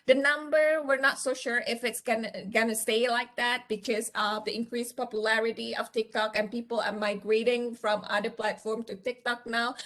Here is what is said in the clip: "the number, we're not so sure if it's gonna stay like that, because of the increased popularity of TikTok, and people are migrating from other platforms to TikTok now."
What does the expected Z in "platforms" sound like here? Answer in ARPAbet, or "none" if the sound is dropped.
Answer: none